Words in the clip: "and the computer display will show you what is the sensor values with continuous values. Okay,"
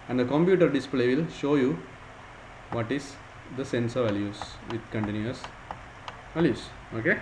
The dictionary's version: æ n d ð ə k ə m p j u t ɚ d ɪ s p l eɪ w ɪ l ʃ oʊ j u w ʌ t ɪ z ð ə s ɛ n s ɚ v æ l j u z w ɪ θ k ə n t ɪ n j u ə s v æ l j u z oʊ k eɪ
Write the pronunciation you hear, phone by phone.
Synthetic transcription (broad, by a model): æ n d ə k ə m p j u t ɚ d ɪ s p l eɪ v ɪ l ʃ oʊ j u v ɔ t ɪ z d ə s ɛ n s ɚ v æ l j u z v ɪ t k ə n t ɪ n j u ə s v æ l j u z oʊ k eɪ